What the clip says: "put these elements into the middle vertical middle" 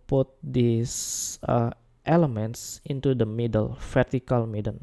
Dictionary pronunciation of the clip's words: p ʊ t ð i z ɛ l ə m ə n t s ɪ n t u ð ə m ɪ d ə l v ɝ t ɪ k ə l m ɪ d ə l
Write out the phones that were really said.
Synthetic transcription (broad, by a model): p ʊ t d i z ɛ l ə m ə n t s ɪ n t u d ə m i d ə l f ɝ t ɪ k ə l m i d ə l